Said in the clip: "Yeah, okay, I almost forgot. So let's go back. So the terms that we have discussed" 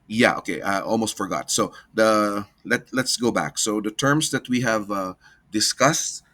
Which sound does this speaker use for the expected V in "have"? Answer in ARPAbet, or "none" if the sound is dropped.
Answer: V